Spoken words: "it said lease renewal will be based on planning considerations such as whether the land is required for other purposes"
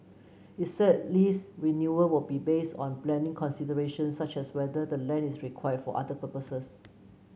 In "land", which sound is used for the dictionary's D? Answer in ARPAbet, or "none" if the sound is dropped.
none